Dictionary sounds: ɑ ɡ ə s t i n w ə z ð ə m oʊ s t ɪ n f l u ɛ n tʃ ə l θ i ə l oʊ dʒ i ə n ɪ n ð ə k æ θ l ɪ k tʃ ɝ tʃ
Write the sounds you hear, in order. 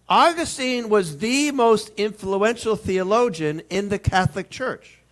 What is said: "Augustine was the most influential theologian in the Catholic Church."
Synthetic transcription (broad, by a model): ɑ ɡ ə s t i n w ə z ð ə m oʊ s t ɪ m f l u ɛ n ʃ l θ i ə l oʊ dʒ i n ɪ n ð ə k æ θ l ɪ k tʃ ɝ tʃ